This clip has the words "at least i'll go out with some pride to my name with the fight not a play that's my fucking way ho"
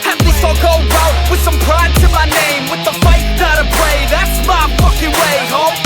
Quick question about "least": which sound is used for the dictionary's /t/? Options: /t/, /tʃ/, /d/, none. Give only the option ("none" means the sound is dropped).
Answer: none